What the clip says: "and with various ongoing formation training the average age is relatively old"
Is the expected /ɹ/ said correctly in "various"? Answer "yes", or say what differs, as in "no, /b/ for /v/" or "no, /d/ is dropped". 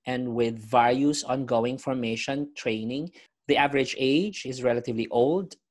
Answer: no, /l/ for /ɹ/